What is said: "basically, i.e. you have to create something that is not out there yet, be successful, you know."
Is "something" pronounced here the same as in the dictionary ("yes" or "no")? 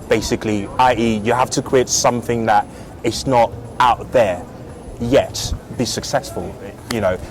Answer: yes